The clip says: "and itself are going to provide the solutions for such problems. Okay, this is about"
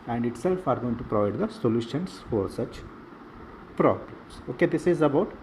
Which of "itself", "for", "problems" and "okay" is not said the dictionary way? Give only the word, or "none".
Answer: problems